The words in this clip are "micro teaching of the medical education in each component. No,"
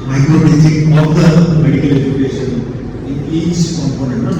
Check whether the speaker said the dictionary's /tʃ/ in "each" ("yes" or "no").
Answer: no